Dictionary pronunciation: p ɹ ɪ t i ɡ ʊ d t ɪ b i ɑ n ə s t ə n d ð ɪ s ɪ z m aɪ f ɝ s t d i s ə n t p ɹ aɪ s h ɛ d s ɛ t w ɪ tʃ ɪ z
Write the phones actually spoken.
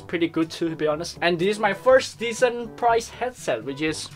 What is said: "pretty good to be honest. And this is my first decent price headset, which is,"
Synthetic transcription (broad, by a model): p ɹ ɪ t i ɡ ʊ d t ɪ b i ɑ n ə s t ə n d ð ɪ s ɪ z m aɪ f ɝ s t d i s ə n p ɹ aɪ s h ɛ d s ɛ t w ɪ tʃ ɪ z